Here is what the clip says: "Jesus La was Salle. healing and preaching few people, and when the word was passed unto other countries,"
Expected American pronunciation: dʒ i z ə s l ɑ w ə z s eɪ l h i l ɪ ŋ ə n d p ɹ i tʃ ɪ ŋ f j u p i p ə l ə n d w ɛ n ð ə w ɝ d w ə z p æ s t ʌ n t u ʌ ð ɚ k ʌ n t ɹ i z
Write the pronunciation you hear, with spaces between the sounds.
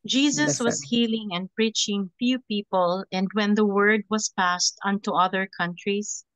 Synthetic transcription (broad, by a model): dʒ i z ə s w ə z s h i l ɪ ŋ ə n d p ɹ i tʃ ɪ ŋ f j u p i p ə l ə n d w ɛ n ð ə w ɝ d w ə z p æ s t ʌ n t u ʌ ð ɚ k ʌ n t ɹ i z